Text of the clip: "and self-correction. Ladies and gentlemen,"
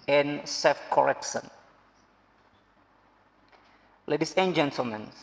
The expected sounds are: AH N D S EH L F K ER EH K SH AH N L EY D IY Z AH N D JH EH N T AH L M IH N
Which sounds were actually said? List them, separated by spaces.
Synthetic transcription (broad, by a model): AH N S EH F K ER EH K S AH N L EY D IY S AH N JH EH N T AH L M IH N